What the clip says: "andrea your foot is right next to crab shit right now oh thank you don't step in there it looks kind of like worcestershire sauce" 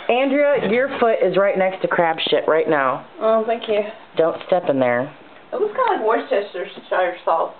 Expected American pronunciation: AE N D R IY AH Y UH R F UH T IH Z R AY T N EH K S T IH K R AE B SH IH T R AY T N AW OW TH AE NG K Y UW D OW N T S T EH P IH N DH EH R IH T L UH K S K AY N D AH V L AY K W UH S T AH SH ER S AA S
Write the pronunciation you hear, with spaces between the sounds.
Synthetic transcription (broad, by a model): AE N D R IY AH Y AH R F UH T IH Z R AY T N EH K S T IH K R AE B SH IH T R AY T N AW OW TH AE NG K Y UW D OW N T S T EH P IH N DH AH R IH T W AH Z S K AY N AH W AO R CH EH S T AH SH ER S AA